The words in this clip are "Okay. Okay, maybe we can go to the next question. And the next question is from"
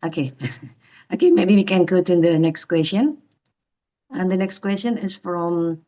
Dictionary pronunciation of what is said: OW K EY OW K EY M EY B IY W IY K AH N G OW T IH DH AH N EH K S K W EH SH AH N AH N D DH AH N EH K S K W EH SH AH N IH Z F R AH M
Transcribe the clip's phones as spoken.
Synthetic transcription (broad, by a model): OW K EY OW K EY M EY B IY W IY K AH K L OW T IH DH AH N EH K S K W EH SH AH N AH N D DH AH N EH K S K W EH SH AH N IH S F R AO M